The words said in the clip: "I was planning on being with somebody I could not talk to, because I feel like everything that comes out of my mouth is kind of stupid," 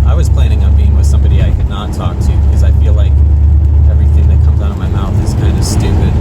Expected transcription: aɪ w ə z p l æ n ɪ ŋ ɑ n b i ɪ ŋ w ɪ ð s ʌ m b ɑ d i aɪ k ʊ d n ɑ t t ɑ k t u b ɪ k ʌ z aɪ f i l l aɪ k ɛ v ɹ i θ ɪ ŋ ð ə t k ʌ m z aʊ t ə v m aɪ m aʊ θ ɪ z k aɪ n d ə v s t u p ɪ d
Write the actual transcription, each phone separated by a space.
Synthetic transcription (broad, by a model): aɪ w ə z p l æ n ɪ ŋ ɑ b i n w ɪ ð s ʌ m b ɑ d i aɪ k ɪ d n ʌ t t ɑ k t u b ɪ k ʌ z aɪ f i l l aɪ k ɛ v ɹ i θ ɪ ŋ ð ə t k ʌ m z aʊ t ə v m aɪ m aʊ θ ɪ z k aɪ n d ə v s t u p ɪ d